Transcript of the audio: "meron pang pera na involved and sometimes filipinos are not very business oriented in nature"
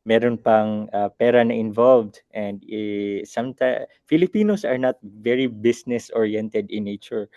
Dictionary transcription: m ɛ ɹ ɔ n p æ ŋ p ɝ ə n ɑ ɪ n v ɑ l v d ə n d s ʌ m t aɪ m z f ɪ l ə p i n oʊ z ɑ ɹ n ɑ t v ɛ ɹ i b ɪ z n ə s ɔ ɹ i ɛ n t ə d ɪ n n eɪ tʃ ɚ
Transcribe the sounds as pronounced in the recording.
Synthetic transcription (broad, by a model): m ɛ ɹ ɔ n p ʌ ŋ p ɝ ə n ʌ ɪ n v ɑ l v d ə n d s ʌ m t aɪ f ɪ l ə p i n oʊ s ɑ ɹ n ɑ t v ɛ ɹ i b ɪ s n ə s ɔ ɹ i ɛ n t ə d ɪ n n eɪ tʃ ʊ